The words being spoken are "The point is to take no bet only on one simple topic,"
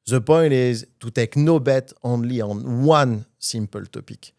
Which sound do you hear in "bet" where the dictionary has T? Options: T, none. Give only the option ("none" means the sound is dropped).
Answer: T